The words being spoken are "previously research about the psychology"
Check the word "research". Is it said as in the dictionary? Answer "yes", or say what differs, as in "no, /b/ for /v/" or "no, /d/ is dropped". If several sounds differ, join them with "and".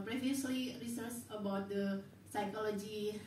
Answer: no, /s/ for /tʃ/